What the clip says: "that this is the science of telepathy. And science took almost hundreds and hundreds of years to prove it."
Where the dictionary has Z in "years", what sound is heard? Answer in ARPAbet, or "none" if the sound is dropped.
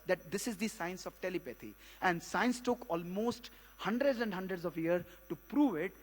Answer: none